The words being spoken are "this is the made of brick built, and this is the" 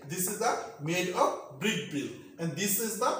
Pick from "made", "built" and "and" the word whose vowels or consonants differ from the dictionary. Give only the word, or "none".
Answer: built